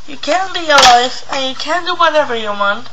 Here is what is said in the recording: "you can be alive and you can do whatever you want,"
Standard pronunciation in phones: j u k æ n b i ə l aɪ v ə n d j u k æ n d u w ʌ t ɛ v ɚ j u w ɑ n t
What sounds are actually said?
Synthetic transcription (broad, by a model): j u k æ n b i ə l aɪ f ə n j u k æ n d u w ʌ t ɛ v ɚ j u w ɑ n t